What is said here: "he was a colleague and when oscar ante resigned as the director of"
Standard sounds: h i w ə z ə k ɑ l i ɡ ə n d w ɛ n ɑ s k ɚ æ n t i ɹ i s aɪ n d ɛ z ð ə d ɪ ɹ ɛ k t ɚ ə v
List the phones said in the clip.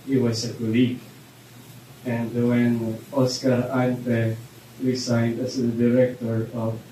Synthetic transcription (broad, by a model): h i w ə s ə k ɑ l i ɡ ə n d w ɛ n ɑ s k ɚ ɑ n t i ɹ i s aɪ n d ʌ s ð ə d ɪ ɹ ɛ k t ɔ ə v